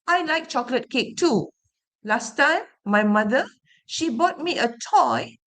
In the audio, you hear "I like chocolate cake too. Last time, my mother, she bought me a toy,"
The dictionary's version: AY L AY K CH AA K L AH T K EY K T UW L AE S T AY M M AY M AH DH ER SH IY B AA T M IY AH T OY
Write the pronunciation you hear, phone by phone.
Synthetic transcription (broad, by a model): AY L AY K CH AA K L AH T K EY K T UW L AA S T AY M M AY M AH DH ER SH IY B AA T M IY AH T OY